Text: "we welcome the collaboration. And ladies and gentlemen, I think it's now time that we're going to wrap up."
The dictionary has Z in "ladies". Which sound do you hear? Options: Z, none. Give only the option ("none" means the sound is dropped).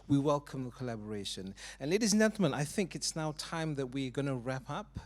Z